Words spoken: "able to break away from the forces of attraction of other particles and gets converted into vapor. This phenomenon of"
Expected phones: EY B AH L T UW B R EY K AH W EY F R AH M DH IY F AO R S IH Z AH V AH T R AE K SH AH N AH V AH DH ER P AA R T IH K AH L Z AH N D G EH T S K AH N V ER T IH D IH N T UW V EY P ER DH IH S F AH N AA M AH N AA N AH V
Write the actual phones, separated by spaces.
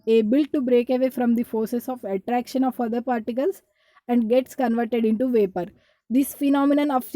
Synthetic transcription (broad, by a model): EY B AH L T UW B R EY K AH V EY F R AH M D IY F AO R S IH S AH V AH T R AE K SH AH N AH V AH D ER P AA R T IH K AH L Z AH N D G EH T S K AH N V ER T IH D IH N T UW V EY P ER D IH S F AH N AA M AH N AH N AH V